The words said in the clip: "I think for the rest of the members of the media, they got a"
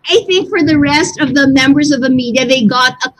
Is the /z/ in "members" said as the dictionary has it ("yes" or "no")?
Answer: yes